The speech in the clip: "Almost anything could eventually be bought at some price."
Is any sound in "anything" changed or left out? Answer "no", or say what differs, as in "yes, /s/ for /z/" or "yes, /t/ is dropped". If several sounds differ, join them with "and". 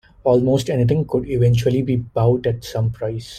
yes, /t/ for /θ/